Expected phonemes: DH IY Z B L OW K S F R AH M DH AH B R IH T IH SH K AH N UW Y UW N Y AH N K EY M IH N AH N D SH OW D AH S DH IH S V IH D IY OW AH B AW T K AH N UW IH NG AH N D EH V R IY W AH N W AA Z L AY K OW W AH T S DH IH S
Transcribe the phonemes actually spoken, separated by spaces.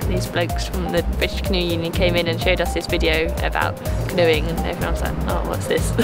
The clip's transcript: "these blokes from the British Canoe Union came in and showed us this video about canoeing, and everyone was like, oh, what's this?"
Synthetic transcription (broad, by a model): DH IY Z B L OW K S F R AH M DH AH B R IH T IH SH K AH N UW Y UW N Y AH N K EY M IH N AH N SH OW D AH S DH IH S V IH D IY OW AH B AW T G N UW IH NG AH N EH V R IY W AH N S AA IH OW W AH T S DH IH S